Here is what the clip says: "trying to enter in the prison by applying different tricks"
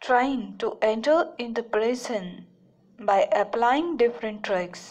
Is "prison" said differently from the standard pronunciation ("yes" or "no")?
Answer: yes